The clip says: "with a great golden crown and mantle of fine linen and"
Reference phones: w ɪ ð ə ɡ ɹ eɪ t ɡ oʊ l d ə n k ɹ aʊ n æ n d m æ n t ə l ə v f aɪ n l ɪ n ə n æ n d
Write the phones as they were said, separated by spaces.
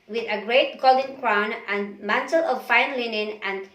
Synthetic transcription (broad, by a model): w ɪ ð ə ɡ ɹ eɪ t ɡ oʊ l d ə n k ɹ aʊ n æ n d m æ n t ə l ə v f aɪ n l ɪ n ə n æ n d